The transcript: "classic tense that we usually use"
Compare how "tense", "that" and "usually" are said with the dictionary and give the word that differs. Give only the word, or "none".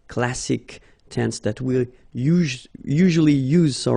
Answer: none